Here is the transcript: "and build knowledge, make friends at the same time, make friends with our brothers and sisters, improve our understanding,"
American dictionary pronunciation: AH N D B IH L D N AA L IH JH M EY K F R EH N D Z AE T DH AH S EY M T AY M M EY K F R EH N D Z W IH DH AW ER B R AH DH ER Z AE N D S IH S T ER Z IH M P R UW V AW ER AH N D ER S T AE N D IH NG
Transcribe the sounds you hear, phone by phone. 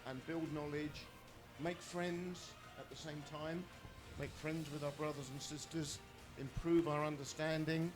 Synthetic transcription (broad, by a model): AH N B IH L D N AA L IH JH M EY K F R EH N D Z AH T DH AH S EY M T AY M M EY K F R EH N D Z W IH DH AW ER B R AH DH ER Z N S IH S T ER Z IH M P R UW V AW ER AH N D ER S T AE N D IH NG